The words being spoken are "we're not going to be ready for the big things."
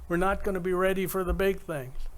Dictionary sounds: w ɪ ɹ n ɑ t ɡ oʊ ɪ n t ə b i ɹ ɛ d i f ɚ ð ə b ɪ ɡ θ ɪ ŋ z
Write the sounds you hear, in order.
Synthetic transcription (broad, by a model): w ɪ ɹ n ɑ t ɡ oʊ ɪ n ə b i ɹ ɛ d i f ɚ ð ə b ɪ ɡ θ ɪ ŋ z